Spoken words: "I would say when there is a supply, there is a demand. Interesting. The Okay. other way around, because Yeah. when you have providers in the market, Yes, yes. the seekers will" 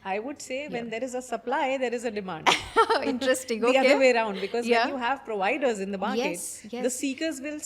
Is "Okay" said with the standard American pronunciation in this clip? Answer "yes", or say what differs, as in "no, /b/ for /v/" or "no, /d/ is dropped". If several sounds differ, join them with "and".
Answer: no, /k/ is dropped